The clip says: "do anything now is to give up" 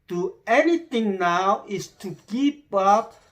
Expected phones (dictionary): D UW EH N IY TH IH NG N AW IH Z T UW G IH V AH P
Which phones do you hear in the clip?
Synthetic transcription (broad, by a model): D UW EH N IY T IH NG N AW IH S T UW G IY P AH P